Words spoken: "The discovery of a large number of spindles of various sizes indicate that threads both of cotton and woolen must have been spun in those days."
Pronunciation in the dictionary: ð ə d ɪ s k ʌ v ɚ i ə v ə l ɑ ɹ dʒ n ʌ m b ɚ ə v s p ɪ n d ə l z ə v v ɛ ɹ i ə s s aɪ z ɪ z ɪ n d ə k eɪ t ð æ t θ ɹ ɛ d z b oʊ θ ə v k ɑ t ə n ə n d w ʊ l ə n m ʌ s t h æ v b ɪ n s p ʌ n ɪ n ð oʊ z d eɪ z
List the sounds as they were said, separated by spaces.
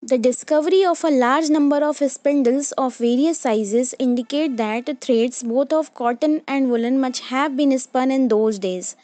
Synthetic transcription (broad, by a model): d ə d ɪ s k ʌ v ɚ i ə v ə l ɑ ɹ dʒ n ʌ m b ɚ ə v s p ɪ n d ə l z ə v v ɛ ɹ i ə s s aɪ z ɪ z ɪ n d ə k eɪ t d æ t t ɹ ɛ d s b oʊ t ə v k ɑ t ə n ə n d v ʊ l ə n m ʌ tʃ h æ v b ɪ n s p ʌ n ɪ n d oʊ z d eɪ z